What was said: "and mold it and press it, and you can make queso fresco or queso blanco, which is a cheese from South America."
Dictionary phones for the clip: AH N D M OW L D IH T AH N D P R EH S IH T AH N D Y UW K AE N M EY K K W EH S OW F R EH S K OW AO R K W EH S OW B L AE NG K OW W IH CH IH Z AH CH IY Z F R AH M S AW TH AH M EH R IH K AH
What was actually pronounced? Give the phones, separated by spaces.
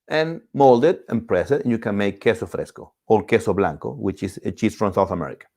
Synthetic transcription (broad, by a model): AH N M OW L D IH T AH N P R EH S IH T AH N Y UW K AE N M EY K K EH S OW F R EH S K OW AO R K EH S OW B L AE NG K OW W IH CH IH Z AH CH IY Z F R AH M S AW TH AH M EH R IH K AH